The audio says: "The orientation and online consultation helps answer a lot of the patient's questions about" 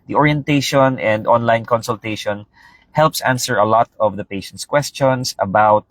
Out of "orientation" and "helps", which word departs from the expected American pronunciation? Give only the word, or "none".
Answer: none